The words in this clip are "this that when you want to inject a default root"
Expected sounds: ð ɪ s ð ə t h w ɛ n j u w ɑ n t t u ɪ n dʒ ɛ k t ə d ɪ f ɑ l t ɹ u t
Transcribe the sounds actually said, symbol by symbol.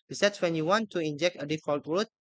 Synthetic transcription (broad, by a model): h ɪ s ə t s w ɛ n j u w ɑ n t t u ɪ n dʒ ɛ k t ə d ɪ f ɑ l t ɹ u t